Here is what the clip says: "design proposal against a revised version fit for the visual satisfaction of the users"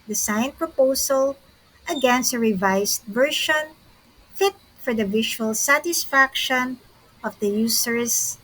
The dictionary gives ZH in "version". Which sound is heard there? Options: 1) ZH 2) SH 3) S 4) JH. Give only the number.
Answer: 2